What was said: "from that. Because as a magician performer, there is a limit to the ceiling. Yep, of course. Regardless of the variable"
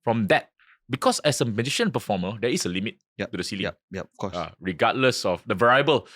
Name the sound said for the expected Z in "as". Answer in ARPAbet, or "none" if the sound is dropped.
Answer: S